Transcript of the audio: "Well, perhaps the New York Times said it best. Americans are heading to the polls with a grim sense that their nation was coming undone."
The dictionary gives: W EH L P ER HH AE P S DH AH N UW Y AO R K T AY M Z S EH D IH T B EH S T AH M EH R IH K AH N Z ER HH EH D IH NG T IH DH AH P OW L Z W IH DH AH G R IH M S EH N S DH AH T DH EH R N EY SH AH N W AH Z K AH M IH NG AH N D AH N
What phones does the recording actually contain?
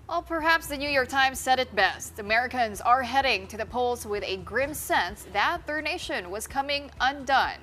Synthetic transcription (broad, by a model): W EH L P ER HH AE P S DH AH N UW Y AO R K T AY M Z S EH D IH T B EH S T AH M EH R IH K AH N Z ER HH EH D IH NG T IH DH AH P OW L Z W IH DH AH G R IH M S EH N S DH AH T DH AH R N EY SH AH N W AH Z K AH M IH NG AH N D AH N